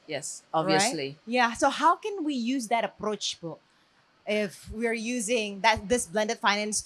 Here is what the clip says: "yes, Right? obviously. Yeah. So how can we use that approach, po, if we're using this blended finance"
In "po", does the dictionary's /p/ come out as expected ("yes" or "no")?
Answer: no